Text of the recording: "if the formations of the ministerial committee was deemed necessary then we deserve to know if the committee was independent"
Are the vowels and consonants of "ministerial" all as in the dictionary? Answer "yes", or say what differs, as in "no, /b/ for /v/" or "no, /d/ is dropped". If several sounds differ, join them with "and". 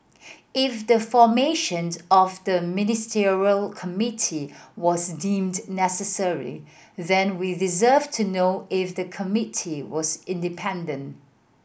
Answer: yes